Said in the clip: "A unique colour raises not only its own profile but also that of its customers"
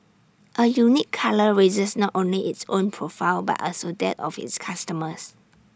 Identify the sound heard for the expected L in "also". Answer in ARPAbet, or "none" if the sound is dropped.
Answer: L